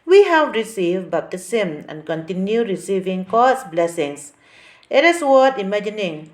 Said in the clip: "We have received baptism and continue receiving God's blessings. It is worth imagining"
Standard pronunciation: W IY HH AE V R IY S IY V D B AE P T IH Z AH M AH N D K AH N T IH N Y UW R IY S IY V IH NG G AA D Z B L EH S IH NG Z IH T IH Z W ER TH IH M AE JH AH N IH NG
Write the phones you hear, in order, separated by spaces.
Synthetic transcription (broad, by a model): W IY HH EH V R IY S IY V B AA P T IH S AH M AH N K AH N T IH N Y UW R IY S IY V IH NG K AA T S B L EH S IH NG S IH T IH S W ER T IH M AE JH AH N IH NG